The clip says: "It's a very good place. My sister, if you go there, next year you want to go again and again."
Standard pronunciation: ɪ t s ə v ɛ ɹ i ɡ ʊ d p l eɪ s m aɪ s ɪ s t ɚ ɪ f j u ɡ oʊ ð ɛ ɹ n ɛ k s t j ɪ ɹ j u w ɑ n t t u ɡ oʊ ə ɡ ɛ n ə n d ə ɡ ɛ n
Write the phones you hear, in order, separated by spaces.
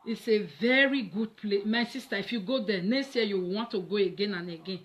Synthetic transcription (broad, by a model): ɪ t s ə v ɛ ɹ i ɡ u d p l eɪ m aɪ s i s t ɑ ɪ f j u ɡ oʊ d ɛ n ɛ k s t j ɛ j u w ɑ n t t u ɡ oʊ ə ɡ ɛ n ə n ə ɡ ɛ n